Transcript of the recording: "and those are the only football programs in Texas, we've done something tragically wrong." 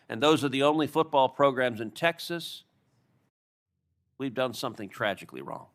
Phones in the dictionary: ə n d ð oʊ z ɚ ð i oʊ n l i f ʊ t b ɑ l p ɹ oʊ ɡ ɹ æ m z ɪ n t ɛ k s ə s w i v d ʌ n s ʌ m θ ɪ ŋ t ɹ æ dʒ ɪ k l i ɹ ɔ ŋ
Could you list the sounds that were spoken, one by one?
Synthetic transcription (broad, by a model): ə n ð oʊ z ɚ ð i oʊ n l i f ʊ t b ɑ l p ɹ oʊ ɡ ɹ æ m z ɪ n t ɛ k s ə s w i v d ʌ n s ʌ m θ ɪ ŋ t ɹ æ dʒ ɪ k l i ɹ ɔ ŋ